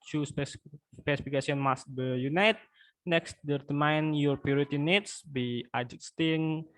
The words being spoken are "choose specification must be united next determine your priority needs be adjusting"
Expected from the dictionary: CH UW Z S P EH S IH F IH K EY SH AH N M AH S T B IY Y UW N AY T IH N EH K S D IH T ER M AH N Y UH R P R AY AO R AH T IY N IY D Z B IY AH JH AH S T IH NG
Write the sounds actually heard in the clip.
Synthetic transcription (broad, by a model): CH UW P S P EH S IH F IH K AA S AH N M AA S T B IY Y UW N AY T N EH K S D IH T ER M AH N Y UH R P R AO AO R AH T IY N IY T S B IY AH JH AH S T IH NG